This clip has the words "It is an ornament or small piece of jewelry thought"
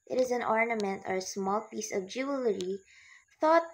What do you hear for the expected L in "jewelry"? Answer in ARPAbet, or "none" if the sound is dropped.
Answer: L